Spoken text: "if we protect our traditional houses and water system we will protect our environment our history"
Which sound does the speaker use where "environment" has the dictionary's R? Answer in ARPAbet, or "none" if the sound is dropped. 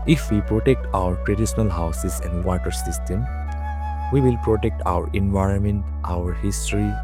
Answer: R